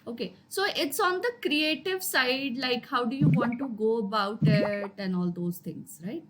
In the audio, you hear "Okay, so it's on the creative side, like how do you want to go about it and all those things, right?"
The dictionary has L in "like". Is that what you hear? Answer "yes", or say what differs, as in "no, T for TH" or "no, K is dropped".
yes